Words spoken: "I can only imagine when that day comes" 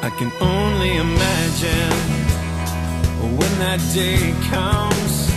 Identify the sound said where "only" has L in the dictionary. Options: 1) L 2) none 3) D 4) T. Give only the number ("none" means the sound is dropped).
1